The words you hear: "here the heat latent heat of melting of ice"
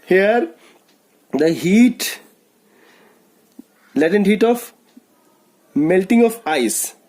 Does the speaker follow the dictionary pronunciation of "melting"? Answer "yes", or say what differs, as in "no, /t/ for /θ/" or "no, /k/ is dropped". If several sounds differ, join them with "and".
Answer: yes